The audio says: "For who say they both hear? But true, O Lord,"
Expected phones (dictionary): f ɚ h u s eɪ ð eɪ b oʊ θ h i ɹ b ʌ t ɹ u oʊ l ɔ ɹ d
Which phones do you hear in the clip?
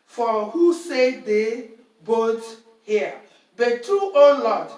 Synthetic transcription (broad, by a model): f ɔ h u s eɪ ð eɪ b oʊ t h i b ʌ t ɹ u oʊ l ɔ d